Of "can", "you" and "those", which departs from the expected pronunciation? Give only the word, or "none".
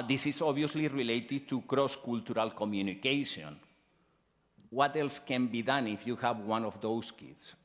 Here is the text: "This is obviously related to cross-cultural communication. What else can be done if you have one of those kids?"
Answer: those